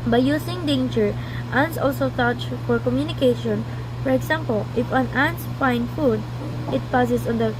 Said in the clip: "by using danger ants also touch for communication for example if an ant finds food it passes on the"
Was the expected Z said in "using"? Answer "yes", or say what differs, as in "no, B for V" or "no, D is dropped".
no, S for Z